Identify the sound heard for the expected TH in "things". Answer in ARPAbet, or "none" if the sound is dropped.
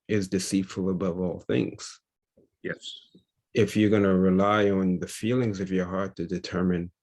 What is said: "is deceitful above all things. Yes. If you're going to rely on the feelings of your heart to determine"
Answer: TH